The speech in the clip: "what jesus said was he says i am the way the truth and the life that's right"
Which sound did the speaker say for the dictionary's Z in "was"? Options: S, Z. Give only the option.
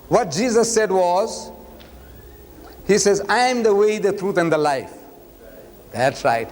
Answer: Z